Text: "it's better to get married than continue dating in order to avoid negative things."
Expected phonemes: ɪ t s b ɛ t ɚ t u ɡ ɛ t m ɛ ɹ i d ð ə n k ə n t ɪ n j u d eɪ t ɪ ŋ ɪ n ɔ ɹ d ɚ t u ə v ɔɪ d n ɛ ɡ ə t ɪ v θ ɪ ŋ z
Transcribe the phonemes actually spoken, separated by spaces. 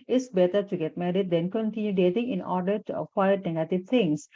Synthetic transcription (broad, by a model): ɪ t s b ɛ t ɚ t u ɡ ɛ t m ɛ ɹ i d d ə n k ə n t ɪ n j u d eɪ t ɪ ŋ ɪ n ɔ ɹ d ɚ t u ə ɪ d n ɛ ɡ ə t ɪ v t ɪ ŋ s